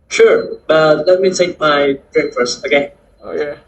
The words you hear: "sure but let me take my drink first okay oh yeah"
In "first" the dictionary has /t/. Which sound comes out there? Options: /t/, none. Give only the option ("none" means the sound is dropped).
none